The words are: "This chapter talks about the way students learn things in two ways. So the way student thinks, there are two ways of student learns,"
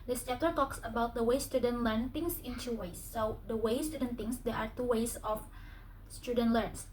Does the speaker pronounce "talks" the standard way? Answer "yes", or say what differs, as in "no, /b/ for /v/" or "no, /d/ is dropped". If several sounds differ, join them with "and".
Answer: yes